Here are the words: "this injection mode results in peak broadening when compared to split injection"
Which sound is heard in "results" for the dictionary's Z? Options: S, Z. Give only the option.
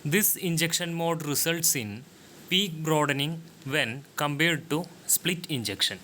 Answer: S